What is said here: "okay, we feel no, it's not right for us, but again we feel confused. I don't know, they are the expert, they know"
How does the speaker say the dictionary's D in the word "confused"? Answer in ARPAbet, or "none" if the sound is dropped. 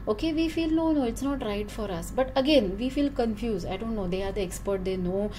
none